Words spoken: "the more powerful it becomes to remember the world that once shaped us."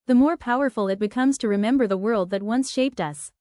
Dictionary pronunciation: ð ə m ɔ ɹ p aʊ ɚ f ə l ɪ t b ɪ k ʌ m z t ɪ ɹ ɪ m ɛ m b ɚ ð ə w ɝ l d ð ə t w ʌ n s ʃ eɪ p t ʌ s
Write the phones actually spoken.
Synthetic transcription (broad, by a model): ð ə m ɔ ɹ p aʊ ɚ f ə l ɪ t b ɪ k ʌ m z t ɪ ɹ ɪ m ɛ m b ɚ ð ə w ɝ l d ð ə t w ʌ n s ʃ eɪ p t ʌ s